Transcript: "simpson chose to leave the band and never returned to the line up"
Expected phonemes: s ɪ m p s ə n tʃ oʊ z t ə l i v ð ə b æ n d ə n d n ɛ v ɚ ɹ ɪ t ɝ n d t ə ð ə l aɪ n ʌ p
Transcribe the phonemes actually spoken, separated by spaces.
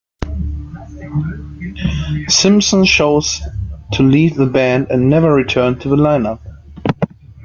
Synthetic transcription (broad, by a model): s ɪ m p s ə n ʃ oʊ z t ə l i v ð ə b æ n d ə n n ɛ v ɚ ɹ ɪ t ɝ n t ə ð ə l aɪ n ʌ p